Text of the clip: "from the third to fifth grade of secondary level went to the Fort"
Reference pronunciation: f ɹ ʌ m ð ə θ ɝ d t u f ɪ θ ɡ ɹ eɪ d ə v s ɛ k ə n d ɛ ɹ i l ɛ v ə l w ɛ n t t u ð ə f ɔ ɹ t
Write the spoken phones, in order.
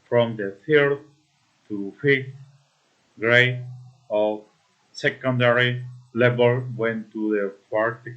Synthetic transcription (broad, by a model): f ɹ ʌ m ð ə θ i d t u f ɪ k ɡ ɹ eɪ ə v s ɛ k ə n d ɛ ɹ i l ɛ b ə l w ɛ n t t u ð ə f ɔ ɹ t